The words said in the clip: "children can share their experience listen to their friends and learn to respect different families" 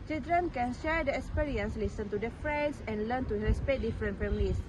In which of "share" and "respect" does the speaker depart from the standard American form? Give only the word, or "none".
respect